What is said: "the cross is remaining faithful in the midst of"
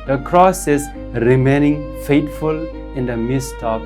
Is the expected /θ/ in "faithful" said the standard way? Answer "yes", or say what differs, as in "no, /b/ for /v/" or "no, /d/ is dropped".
no, /t/ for /θ/